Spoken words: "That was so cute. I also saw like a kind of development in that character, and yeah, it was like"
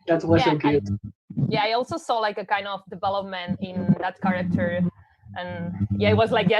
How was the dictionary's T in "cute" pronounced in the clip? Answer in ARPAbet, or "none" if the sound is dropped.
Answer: none